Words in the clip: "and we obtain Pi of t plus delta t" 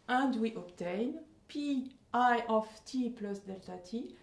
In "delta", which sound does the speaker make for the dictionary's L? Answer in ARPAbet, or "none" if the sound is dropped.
L